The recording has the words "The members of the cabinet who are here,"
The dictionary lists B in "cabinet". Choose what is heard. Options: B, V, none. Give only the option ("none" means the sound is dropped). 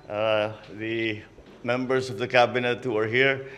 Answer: B